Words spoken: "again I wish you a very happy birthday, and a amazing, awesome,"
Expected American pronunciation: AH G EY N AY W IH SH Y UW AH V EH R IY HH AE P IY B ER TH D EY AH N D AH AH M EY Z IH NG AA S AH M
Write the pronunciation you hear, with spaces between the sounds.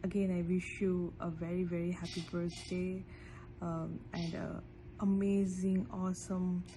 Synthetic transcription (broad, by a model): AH G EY N AY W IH SH Y UW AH V EH R IY HH AE P IY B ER S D EY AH N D AH AH M EY Z IH NG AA S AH M